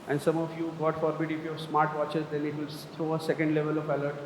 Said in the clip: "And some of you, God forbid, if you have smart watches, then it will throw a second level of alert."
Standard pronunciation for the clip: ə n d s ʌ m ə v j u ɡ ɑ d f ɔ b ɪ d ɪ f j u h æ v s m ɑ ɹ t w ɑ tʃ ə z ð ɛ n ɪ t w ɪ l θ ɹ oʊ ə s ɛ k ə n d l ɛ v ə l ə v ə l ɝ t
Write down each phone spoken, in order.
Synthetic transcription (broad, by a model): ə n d s ʌ m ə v j u ɡ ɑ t f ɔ b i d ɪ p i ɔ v s m ɑ ɹ t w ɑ tʃ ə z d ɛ n ɪ t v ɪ l t ɹ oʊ ə s ɛ k ə n d l ɛ v ə l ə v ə l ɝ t